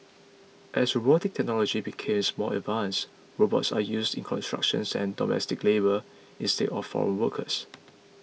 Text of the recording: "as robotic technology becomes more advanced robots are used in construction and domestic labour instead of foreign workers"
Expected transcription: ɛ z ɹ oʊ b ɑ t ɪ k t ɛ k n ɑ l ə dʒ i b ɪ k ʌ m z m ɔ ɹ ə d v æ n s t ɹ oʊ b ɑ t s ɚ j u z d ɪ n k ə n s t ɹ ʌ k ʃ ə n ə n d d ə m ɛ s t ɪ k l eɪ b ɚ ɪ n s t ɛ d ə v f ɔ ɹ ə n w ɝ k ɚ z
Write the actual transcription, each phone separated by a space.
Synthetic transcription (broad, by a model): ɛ s ɹ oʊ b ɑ t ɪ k t ɛ k n ɑ l ə dʒ i b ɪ k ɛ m s m ɔ l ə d v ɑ n s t ɹ oʊ b ɑ t s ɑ j u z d ɪ n k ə n s t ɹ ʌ k ʃ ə n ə n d d ə m ɛ s t ɪ k l eɪ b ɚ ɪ n s t ɛ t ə f ɔ ɹ ə n w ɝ k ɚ s